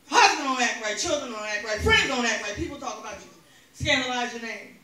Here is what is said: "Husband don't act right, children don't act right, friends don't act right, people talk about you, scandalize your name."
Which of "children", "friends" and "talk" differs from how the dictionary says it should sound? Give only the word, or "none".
none